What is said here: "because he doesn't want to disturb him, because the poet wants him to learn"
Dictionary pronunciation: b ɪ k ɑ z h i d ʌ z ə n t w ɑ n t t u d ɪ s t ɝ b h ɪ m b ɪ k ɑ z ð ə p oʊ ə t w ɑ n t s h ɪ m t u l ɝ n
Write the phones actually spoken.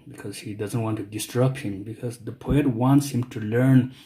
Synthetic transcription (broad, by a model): b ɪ k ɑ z h i d ʌ z ə n t w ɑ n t t u d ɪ s t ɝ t h ɪ m b ɪ k ɑ z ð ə p oʊ ə t w ɑ n t s h ɪ m t u l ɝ n